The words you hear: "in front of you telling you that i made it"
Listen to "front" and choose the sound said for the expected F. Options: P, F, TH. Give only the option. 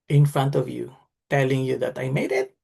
F